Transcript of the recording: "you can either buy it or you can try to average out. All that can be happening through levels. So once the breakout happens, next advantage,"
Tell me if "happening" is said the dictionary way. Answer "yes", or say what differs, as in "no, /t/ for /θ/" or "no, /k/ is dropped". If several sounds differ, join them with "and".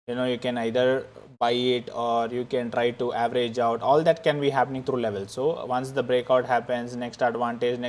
yes